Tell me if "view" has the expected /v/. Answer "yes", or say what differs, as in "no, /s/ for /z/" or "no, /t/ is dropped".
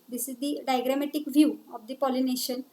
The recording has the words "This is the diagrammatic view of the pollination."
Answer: yes